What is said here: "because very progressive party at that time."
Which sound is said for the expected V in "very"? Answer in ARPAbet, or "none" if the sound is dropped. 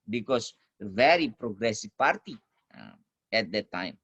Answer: V